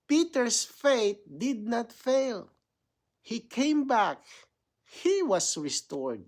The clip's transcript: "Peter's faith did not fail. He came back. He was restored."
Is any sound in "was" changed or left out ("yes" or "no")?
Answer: yes